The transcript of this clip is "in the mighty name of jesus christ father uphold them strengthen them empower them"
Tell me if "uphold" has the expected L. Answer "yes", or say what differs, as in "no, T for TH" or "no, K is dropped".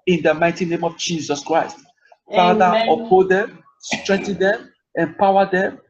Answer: no, L is dropped